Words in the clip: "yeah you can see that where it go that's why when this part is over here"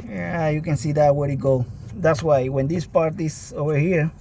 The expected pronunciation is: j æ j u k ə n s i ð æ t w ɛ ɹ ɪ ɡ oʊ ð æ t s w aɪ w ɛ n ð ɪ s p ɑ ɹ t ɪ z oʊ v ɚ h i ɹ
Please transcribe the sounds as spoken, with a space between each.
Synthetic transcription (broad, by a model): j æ j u k n s i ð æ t w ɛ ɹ ɪ ɡ oʊ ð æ t s w aɪ w ɛ n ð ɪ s p ɑ ɹ t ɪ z oʊ v ɚ h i ɹ